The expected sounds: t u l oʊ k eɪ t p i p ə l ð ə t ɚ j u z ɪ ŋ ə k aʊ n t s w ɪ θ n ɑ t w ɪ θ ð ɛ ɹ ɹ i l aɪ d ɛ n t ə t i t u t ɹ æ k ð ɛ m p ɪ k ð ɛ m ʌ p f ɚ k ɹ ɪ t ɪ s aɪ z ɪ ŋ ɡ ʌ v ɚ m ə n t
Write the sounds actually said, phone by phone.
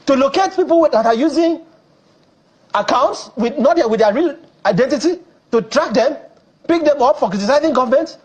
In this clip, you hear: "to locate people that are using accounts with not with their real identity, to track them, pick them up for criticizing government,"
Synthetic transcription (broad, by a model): t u l oʊ k eɪ t p i p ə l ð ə t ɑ j u z ɪ ŋ ə k aʊ n t s w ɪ n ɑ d w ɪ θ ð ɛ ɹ ɹ i l aɪ d ɛ n t ə t i t u t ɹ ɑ k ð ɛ m p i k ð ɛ m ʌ p f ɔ k ɹ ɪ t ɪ s aɪ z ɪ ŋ ɡ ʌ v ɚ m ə n t